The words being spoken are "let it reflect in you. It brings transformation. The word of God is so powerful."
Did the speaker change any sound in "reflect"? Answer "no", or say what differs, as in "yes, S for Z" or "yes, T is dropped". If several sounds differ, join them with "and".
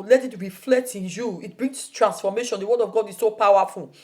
no